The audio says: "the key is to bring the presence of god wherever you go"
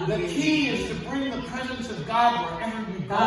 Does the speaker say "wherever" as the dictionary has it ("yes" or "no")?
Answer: no